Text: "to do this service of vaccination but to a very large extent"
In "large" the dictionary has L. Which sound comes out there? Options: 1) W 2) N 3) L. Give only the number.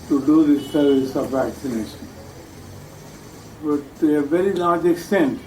2